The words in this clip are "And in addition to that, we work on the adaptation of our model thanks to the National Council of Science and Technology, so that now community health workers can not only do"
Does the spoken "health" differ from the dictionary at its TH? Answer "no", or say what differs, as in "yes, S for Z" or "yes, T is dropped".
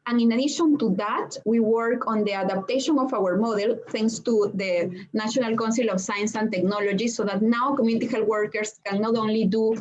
yes, T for TH